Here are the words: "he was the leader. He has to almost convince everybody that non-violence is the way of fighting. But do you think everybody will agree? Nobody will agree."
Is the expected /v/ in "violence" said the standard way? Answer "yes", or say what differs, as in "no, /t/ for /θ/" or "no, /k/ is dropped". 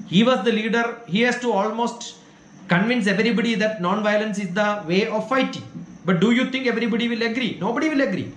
yes